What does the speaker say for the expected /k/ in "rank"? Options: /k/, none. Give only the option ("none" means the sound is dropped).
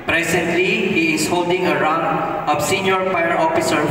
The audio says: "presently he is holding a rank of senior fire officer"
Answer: none